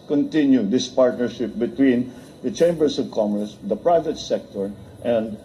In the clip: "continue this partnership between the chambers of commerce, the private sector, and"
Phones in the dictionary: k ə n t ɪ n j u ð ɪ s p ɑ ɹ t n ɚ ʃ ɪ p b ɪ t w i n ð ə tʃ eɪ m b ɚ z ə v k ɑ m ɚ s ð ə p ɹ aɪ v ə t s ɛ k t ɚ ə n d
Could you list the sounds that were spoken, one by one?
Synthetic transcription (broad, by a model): k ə n t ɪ n j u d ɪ s p ɑ ɹ t n ɚ ʃ ɪ p b ɪ t w i n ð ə tʃ eɪ m b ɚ s ə v k ɑ m ɚ s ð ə p ɹ aɪ v ə t s ɛ k t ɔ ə n d